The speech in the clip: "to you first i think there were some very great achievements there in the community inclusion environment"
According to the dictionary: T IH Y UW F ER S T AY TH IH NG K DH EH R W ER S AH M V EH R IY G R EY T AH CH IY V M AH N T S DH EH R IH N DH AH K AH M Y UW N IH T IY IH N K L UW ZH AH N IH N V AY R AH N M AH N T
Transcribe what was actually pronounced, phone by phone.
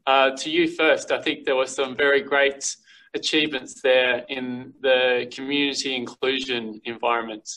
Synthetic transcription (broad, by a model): T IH Y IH F ER S T AY TH IH NG K DH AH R W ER S AH M V EH R IY G R EY T AH CH IY V M AH N T S DH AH R IH N DH AH K AH M Y UW N IH T IY IH N K L UW ZH AH N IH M V AY R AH N M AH N T